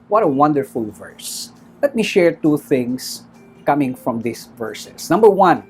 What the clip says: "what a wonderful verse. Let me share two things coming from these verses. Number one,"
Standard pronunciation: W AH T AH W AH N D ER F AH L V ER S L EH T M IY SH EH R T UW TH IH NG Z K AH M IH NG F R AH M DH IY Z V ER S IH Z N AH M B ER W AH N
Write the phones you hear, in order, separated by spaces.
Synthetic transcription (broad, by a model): W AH T AH W AH N D ER F AH L V ER S L EH T M IY SH EH R T UW TH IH NG S K AH M IH NG F R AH M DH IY S V ER S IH S N AH M B ER W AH N